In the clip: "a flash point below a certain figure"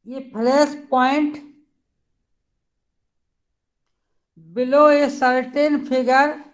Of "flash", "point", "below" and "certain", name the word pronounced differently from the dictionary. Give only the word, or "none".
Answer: flash